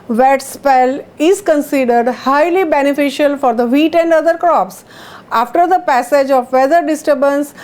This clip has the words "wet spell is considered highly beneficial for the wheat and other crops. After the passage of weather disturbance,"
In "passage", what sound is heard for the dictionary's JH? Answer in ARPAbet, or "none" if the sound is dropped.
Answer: JH